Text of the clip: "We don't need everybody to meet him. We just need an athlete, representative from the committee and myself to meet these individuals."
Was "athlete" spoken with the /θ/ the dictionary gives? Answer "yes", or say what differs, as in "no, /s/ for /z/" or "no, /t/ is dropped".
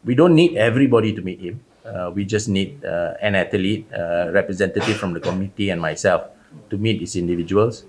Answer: no, /t/ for /θ/